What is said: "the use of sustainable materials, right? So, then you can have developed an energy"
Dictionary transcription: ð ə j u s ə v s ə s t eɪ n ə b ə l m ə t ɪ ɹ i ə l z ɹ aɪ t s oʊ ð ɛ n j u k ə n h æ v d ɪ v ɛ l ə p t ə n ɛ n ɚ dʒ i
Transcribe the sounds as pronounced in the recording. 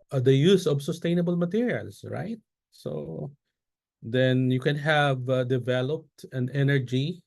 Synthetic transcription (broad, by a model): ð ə j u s ə v s ə s t eɪ n ə b ə l m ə t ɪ ɹ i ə l s ɹ aɪ t s oʊ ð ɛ n j u k ə n h æ v d ɪ v ɛ l ə p t ə n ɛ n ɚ dʒ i